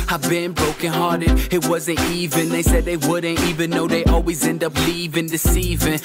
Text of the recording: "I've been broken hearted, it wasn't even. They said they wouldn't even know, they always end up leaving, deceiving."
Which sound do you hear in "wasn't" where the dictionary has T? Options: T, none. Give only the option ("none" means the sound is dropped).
T